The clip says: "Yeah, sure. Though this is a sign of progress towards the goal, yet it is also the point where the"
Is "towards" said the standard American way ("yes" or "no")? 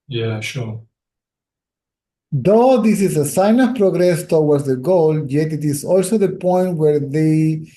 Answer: no